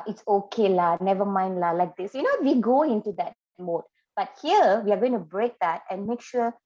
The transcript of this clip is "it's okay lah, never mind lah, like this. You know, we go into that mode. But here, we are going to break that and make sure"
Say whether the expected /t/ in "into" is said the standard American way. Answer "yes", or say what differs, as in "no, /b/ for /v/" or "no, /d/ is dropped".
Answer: yes